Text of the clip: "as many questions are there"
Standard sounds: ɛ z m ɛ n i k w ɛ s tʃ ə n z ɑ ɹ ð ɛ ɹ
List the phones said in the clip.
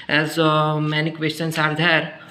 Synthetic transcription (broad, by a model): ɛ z m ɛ n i k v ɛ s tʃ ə n s ɑ ɹ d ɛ ɹ